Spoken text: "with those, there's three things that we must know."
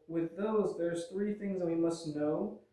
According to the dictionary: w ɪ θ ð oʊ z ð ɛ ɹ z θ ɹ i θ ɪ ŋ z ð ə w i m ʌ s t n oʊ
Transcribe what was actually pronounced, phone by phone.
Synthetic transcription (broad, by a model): w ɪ ð oʊ z ð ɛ ɹ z θ ɹ i θ ɪ ŋ z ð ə w i m ʌ s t n oʊ